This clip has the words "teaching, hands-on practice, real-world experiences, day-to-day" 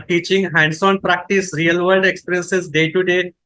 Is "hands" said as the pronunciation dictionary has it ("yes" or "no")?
no